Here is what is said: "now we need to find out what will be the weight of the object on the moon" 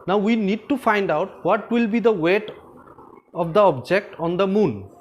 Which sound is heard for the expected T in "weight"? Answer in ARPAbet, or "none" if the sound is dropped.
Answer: T